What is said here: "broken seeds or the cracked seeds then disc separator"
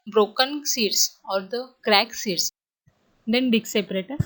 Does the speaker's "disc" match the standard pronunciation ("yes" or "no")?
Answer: no